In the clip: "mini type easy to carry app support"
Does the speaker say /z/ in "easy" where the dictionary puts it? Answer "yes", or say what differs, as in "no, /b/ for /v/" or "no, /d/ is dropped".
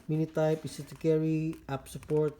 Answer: no, /s/ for /z/